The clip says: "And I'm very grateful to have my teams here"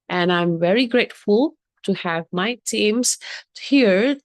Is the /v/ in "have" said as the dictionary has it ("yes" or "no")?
yes